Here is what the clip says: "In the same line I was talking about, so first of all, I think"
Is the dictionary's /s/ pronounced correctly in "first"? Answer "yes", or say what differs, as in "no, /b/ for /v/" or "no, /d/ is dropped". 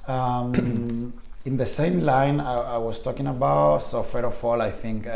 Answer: no, /s/ is dropped